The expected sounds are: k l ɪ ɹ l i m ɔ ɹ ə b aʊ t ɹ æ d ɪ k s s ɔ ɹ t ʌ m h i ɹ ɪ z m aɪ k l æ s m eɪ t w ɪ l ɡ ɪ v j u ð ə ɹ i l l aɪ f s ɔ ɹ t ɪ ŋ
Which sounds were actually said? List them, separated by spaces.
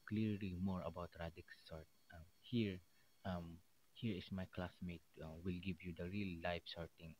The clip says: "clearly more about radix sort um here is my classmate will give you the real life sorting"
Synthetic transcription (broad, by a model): k l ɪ ɹ l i m ɔ ɹ ə b aʊ t ɹ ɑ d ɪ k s s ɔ ɹ t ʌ m h i ɹ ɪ s m aɪ k l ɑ s m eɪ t w ɪ l ɡ ɪ v j u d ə ɹ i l l aɪ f s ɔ ɹ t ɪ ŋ